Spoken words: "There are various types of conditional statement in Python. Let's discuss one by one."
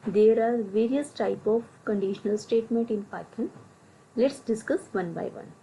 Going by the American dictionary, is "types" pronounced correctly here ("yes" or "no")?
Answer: no